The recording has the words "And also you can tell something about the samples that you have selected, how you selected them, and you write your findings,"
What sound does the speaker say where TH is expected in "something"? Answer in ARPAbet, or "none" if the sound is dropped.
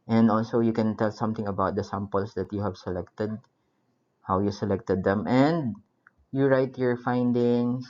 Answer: T